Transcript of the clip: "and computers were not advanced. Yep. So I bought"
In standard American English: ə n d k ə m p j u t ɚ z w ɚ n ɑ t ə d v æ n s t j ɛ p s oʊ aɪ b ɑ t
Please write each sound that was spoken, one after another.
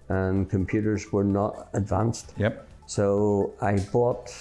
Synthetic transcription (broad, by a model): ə n k ə m p j u t ɚ z w ɚ n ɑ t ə d v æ n s t j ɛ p s oʊ aɪ b ɑ t